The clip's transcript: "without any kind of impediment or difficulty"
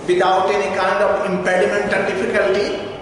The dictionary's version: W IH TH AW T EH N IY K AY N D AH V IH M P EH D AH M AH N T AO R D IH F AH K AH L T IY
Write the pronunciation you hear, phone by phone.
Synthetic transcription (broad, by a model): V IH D AW T EH N IY K AY N D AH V IH M P EH D AH M AH N T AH L D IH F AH K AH L T IY